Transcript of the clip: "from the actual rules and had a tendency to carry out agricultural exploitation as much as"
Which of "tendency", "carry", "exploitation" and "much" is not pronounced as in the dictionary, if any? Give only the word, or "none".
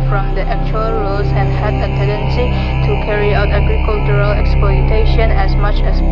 none